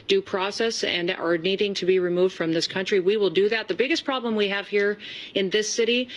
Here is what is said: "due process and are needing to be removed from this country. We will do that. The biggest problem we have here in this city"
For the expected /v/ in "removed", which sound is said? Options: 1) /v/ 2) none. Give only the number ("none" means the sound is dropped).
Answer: 1